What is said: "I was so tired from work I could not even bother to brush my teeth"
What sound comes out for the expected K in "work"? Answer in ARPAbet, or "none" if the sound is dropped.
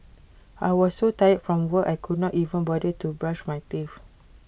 none